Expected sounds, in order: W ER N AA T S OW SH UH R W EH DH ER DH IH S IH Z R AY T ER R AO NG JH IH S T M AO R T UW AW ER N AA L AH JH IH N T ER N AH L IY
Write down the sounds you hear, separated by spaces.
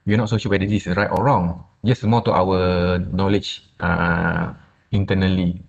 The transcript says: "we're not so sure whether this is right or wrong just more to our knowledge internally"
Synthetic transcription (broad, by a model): W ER N AA T S OW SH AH L W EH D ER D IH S R AY T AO R AO NG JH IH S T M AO T UW AW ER N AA L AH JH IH N T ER N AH L IY